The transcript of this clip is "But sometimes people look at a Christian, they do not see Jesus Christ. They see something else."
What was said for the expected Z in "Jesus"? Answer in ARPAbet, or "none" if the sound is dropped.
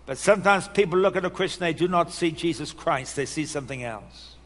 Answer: Z